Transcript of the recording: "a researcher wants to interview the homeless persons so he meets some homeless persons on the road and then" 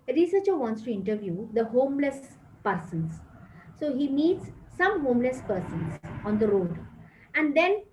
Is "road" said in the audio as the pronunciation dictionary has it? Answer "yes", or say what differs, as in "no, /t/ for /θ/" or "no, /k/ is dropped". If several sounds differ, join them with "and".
yes